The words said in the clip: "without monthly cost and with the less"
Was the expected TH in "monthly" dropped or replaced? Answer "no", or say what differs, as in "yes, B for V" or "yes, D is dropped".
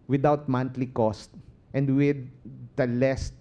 yes, T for TH